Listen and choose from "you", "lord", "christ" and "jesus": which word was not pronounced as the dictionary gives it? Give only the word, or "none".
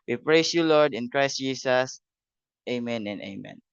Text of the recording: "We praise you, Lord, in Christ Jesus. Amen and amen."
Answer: jesus